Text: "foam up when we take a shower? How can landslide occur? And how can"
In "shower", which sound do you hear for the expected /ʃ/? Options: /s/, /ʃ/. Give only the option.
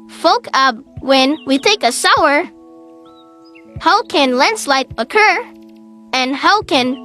/s/